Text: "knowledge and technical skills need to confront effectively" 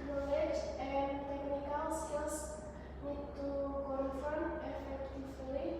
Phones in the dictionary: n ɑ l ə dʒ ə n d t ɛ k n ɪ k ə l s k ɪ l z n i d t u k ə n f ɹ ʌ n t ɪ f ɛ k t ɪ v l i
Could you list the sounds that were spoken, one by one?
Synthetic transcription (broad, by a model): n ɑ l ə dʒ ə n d t ɛ k n ɪ k ə l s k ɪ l s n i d t u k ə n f ʌ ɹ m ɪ f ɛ k t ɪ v l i